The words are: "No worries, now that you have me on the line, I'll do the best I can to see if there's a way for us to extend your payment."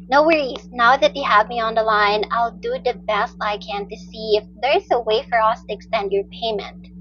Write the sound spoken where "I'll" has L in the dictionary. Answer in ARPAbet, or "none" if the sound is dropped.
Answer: L